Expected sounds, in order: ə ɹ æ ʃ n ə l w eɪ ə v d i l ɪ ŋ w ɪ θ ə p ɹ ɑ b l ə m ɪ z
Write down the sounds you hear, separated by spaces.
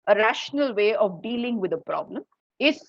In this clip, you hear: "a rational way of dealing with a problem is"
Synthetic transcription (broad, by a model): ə ɹ æ ʃ n ə l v eɪ ə v d i l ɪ ŋ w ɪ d ə p ɹ ɑ b l ə m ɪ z